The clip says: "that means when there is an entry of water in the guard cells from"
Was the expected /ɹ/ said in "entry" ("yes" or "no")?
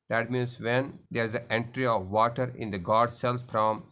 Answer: yes